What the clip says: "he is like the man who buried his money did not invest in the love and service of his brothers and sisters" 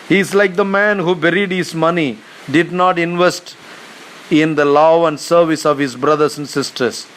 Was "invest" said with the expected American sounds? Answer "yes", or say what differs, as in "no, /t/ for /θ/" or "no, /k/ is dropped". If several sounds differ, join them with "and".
yes